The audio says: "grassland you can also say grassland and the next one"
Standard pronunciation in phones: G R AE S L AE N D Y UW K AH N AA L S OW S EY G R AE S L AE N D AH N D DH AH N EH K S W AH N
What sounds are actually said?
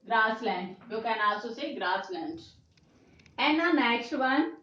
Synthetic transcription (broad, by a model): G R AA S L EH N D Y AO K AH N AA S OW S EY G R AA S L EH N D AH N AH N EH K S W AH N